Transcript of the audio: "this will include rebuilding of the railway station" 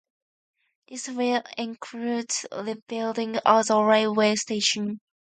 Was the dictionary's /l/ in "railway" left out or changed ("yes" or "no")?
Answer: yes